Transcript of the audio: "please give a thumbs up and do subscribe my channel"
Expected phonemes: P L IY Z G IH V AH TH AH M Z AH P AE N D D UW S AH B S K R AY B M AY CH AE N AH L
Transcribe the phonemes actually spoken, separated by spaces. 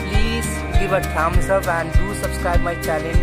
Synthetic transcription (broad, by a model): P L IY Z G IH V AH T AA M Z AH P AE N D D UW S AH B S K R AY B M AY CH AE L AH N